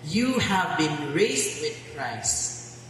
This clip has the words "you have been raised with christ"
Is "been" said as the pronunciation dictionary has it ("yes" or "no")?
yes